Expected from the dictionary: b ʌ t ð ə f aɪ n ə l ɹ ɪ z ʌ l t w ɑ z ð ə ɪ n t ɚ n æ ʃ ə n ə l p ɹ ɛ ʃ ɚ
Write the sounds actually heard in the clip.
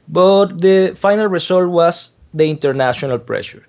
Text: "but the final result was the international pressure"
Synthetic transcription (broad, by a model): b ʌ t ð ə f aɪ n ə l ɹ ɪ s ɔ l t w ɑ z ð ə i n t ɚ n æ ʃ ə n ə l p ɹ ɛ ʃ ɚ